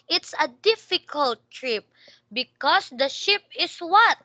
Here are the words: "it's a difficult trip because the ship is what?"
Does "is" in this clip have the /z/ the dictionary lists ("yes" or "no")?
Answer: no